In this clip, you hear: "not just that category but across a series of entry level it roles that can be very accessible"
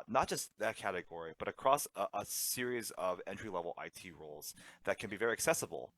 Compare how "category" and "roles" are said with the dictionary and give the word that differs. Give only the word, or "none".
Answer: none